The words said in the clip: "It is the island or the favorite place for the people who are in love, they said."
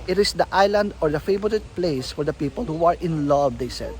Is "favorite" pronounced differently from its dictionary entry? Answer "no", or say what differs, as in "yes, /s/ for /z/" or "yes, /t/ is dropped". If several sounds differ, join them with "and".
yes, /b/ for /v/